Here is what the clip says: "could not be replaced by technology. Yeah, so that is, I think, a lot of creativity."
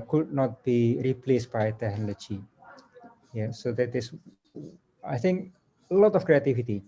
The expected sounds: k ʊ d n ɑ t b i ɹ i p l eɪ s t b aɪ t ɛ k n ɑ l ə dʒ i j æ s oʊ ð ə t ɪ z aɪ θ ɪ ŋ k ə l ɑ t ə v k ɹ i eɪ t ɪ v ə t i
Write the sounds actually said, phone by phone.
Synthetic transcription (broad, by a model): k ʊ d n ɑ t b i ɹ i p l eɪ s t b aɪ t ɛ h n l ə tʃ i j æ s oʊ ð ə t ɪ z aɪ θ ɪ ŋ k ə l ɑ t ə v k ɹ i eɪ t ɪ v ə t i